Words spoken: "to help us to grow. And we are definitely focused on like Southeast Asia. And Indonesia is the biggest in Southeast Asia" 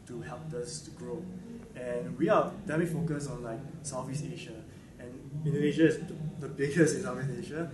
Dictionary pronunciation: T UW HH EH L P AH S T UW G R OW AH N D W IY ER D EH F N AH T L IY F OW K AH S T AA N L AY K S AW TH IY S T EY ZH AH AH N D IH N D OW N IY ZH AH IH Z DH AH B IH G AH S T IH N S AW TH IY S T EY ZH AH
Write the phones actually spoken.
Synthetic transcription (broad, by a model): T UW HH EH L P AH S T UW G R OW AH N W IY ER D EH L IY F OW K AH S AA N L AY K S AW F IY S EY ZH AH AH N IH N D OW IY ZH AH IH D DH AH B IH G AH S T IH N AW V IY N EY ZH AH